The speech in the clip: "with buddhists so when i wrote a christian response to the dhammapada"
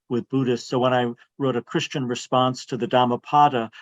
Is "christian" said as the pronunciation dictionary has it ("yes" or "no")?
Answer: yes